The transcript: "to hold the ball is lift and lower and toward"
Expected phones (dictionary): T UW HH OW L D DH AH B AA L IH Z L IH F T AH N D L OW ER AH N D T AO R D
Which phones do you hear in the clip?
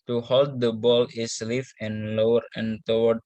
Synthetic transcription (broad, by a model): T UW HH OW L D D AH B AA L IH S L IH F AH N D L OW ER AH N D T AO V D